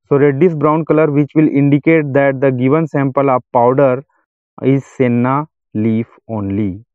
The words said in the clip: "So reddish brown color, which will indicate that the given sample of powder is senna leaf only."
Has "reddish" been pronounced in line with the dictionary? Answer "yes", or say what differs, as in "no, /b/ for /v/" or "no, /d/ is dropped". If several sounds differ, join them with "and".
no, /s/ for /ʃ/